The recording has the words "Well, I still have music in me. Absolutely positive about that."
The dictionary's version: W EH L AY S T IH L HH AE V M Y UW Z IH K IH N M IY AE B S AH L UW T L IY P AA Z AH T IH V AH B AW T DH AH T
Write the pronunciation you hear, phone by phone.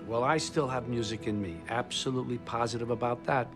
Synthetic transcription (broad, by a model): W EH L AY S T IH L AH V M Y UW Z IH K IH N M IY AE B S AH L UW T L IY P AA Z AH T IH V AH B AW T DH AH T